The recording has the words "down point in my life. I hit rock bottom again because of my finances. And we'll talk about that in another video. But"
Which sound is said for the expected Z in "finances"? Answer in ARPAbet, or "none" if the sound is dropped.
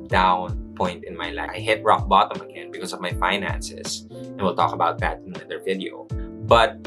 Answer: S